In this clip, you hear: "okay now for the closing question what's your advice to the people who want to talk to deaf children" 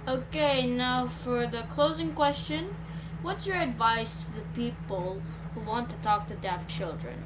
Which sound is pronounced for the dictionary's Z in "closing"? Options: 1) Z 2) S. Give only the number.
1